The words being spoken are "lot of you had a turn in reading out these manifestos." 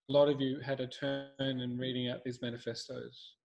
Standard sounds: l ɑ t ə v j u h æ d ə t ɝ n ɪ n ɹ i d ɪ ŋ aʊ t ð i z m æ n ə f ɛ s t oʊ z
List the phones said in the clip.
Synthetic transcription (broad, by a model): l ɑ t ə v j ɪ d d ə t ɝ n ɪ n ɹ i d ɪ ŋ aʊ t ð i z m æ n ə f ɛ s t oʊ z